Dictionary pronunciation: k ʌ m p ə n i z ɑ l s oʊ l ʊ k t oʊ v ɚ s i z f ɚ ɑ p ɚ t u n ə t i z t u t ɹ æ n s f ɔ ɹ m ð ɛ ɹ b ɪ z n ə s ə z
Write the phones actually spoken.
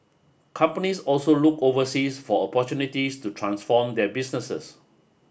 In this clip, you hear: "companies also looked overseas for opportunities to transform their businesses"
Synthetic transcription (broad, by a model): k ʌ m p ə n i s ɑ l s oʊ l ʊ k oʊ v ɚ s i s f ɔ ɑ p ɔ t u n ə t i s t u t ɹ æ n s f ɔ m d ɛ b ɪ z n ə s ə s